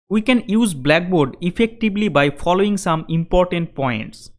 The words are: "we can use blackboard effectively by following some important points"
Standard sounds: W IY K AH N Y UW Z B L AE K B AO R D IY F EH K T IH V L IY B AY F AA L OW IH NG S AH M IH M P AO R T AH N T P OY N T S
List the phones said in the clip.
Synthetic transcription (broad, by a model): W IY K AH N Y UW Z B L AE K B AO R D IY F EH K T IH B L IY B AY F AA L OW IH NG S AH M IH M P AO R T AH N T P OY N T S